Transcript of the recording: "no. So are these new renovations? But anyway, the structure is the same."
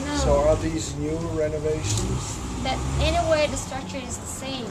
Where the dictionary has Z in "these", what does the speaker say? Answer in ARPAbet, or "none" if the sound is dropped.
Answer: Z